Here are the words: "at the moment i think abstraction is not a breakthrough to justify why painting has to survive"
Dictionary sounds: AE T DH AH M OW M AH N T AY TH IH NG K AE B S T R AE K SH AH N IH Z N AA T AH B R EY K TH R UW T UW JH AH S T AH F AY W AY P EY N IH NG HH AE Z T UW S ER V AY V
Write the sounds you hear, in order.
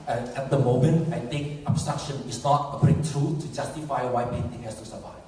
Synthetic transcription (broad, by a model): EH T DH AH M OW M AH N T AY T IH NG K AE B S T R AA K SH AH N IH S N AA T AH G R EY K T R UW T UW JH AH S T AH F AY W AY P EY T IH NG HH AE S T UW S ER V AY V